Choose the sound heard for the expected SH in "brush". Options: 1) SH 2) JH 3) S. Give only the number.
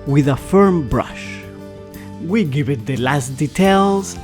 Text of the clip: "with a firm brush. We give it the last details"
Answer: 1